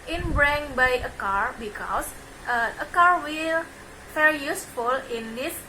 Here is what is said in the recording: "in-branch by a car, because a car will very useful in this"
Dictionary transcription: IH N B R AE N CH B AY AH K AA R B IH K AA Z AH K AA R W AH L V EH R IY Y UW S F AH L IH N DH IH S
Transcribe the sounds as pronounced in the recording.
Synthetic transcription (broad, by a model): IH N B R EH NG B AY AH K AA R B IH K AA S AH K AA R W AH L F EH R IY Y UW S F AH L IH N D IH S